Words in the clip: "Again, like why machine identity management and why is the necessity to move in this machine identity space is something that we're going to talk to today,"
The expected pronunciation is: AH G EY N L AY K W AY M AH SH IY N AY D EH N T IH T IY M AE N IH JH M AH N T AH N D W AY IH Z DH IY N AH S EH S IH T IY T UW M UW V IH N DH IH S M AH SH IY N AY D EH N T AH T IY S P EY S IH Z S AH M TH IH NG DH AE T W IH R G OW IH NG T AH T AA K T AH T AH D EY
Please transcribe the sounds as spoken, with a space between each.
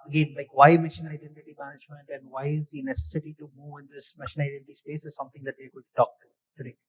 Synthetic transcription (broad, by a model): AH G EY N L AY K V AY M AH SH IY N AY D EH N T IH T IY M AE N IH JH M AH N T AH N D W AY IH Z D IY N AH S EH S IH T IY T UW M UW V IH N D IH S M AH SH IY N AY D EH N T T IY S P EY S IH Z S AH M T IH NG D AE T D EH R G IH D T T AA K T AH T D EY